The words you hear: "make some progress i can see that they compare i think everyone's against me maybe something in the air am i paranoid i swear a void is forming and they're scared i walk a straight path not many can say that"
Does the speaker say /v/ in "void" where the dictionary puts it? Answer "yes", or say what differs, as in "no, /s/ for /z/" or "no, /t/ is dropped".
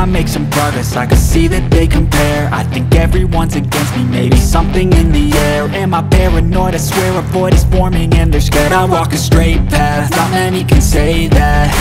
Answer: no, /p/ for /v/